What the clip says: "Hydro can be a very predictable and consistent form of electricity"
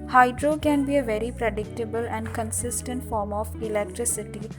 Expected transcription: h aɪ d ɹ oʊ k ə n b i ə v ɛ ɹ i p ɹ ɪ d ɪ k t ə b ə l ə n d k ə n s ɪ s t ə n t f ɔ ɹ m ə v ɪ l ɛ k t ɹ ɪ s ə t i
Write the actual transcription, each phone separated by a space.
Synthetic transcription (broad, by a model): h aɪ d ɹ oʊ k ə n b i ə v ɛ ɹ i p ɹ ɪ d ɪ k t ə b ə l ə n d k ə n s ɪ s t ə n t f ɔ ɹ m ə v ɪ l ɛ k t ɹ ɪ s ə t i